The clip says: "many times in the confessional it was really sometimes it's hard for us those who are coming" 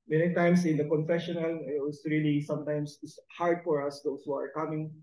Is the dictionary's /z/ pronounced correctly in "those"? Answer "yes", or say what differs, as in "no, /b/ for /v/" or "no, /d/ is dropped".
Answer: no, /s/ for /z/